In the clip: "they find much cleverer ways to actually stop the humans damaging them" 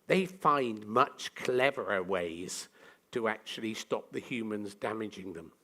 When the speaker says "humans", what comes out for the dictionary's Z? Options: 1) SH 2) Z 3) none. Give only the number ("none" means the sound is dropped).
2